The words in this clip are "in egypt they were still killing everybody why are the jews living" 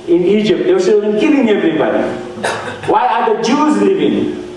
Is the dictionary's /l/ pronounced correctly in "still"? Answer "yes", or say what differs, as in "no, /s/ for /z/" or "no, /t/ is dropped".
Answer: no, /n/ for /l/